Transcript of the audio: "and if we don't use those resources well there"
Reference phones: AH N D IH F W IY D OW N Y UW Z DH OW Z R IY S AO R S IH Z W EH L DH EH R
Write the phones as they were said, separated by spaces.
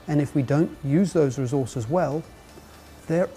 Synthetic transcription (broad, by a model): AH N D IH F W IY D OW N Y UW Z DH OW Z R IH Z AO R S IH Z W EH L DH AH R